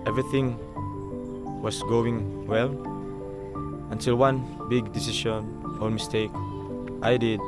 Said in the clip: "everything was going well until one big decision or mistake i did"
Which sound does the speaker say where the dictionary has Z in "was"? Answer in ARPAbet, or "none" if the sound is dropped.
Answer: S